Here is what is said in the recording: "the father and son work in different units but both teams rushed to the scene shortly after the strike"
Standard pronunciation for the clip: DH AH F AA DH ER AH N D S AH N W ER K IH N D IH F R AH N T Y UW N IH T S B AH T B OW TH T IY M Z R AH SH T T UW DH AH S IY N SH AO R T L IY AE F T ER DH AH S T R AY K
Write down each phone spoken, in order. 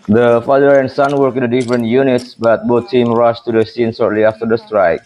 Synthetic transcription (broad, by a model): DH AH F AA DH ER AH N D S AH N W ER K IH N D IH F R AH N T Y UW N IH T S B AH T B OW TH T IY M R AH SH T T UW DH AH S IY N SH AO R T L IY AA F T ER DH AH S T R AY K